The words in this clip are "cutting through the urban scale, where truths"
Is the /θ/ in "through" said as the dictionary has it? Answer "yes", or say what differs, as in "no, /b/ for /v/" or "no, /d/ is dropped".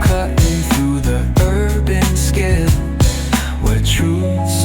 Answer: yes